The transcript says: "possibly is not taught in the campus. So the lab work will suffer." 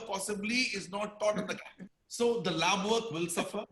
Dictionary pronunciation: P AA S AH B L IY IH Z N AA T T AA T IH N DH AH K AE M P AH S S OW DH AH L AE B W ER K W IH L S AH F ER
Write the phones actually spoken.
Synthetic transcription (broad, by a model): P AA S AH B L IY IH Z N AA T T AA T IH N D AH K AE P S S OW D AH L AE B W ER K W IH L S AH F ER